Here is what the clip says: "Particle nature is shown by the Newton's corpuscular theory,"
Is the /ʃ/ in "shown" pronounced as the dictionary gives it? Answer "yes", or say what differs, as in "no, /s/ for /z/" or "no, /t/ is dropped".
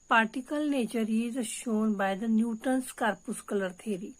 yes